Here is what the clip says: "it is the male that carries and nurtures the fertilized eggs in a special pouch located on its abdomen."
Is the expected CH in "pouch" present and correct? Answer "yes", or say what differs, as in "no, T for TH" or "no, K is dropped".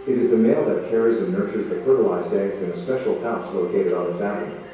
no, S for CH